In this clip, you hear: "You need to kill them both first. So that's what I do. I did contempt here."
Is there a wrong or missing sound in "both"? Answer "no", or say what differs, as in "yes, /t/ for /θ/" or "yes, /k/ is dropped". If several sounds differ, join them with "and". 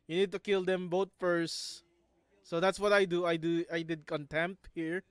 yes, /t/ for /θ/